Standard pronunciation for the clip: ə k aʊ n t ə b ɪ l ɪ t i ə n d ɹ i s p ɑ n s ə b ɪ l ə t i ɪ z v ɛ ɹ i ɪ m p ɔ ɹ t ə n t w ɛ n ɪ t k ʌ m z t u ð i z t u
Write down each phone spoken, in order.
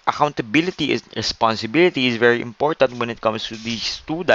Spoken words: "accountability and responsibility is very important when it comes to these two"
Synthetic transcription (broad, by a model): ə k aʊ n t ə b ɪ l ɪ t i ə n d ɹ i s p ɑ n s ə b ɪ l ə t i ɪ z v ɛ ɹ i ɪ m p ɔ ɹ t ə n t w ɛ n ɪ t k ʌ m s t u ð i t u